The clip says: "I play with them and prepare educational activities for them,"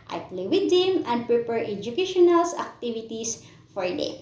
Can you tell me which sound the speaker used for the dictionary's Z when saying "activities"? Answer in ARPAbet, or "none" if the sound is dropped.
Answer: S